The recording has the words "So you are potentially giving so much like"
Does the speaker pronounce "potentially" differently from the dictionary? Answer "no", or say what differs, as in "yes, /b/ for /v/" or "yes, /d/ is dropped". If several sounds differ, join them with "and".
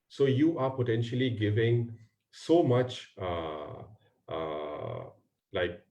no